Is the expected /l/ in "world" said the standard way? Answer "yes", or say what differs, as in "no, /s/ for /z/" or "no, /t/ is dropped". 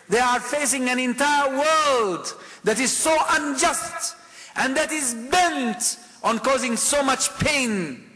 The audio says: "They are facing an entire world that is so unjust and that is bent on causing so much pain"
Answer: yes